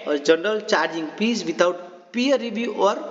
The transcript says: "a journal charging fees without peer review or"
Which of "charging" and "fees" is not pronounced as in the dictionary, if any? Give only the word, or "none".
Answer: fees